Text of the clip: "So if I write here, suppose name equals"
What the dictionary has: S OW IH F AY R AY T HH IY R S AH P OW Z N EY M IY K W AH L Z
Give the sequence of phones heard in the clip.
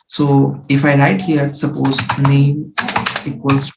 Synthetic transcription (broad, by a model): S OW IH F AY L AY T HH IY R S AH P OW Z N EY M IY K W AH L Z